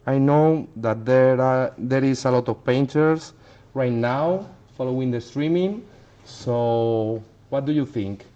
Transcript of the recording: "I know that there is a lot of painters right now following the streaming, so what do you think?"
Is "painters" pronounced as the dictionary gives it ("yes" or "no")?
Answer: no